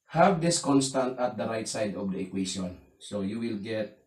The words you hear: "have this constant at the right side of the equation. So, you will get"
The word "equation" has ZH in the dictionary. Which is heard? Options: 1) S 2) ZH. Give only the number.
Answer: 1